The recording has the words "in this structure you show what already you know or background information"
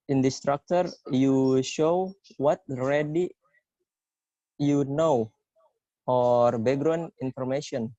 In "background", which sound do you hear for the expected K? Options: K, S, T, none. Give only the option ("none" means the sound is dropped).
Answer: none